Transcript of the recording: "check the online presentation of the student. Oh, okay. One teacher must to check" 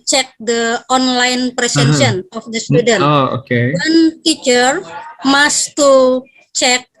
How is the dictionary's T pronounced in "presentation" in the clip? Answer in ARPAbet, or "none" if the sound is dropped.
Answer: S